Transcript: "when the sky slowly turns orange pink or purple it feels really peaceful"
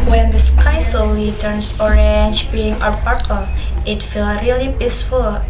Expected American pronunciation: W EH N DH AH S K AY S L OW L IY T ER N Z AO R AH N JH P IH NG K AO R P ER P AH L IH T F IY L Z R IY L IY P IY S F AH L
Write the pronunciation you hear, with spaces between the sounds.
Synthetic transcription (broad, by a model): W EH N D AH S K AY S OW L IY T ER N S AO R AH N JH B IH NG AO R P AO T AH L IH T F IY L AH R IY L IY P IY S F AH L